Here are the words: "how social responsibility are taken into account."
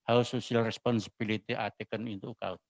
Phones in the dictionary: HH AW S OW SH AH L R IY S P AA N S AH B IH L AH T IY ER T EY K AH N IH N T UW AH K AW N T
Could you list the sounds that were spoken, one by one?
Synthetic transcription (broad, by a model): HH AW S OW S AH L R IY S P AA N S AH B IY L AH T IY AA T EY K AH N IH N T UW K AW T